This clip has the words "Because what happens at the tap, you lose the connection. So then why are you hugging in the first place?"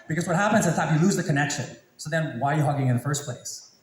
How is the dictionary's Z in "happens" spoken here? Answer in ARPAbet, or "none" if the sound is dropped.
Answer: Z